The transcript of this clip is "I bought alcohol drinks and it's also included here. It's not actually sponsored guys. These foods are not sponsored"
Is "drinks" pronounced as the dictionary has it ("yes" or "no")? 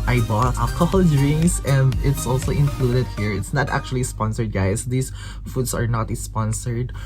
no